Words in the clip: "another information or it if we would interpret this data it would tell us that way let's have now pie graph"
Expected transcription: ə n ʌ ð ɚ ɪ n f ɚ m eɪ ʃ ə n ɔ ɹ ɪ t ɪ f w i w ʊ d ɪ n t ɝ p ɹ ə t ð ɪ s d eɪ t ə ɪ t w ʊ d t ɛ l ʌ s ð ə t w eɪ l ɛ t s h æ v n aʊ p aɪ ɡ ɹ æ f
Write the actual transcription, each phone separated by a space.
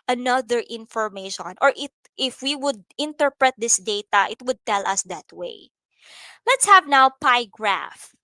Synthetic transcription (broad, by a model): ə n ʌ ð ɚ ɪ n f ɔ m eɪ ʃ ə n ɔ ɹ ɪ t ɪ f w i w ʊ d ɪ n t ɝ p ɹ ə t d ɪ s d eɪ t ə ɪ t w ʊ d t ɛ l ʌ s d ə t w eɪ l ɛ t s h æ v n aʊ p aɪ ɡ ɹ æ f